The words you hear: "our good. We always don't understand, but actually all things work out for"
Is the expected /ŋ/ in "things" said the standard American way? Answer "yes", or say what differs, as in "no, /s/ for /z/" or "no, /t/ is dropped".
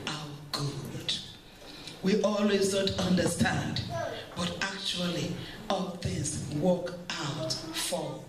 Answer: no, /ŋ/ is dropped